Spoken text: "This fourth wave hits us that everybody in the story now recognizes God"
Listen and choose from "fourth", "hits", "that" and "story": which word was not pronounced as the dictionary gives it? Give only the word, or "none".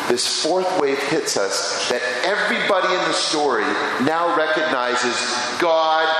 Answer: none